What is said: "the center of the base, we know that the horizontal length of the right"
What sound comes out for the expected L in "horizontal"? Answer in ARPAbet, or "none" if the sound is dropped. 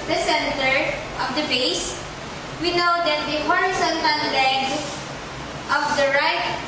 N